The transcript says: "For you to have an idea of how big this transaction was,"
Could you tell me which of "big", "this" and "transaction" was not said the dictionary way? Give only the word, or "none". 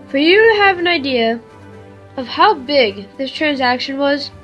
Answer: none